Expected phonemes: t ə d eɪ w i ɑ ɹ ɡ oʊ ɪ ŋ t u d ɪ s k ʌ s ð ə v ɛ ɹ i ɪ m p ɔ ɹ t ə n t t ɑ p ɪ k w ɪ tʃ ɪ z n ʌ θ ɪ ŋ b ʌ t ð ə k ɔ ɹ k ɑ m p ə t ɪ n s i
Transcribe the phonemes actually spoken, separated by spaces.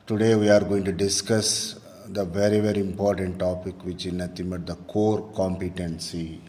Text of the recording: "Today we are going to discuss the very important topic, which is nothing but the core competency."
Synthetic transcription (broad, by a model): t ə d eɪ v i ɑ ɹ ɡ oʊ ɪ ŋ t u d ɪ s k ʌ s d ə v ɛ ɹ i ɪ m p ɔ ɹ t ə n t t ɑ p ɪ k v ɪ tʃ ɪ n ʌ t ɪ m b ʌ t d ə k ɔ ɹ k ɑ m p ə t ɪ n s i